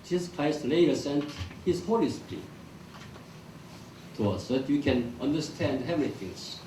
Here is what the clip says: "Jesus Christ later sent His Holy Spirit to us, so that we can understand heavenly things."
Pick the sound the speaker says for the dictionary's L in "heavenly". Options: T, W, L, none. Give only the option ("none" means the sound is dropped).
none